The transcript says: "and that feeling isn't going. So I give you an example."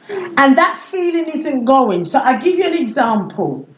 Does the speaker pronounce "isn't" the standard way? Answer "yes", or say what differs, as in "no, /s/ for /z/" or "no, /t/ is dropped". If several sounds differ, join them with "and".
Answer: yes